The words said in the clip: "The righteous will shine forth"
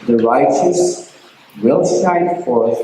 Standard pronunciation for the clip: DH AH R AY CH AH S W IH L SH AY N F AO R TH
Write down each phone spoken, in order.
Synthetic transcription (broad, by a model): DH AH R AY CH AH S W IH L S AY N F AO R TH